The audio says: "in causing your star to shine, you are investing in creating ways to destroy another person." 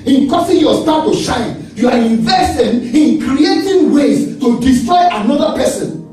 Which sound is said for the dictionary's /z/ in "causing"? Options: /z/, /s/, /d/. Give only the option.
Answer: /s/